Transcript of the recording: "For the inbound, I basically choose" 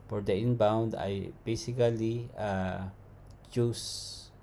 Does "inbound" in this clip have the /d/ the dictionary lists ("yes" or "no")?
yes